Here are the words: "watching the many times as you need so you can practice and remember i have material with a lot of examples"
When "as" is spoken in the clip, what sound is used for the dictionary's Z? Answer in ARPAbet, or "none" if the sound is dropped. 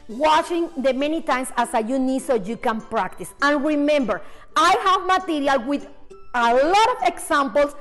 S